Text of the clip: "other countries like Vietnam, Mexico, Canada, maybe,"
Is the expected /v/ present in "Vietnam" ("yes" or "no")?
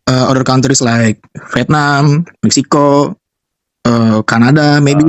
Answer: no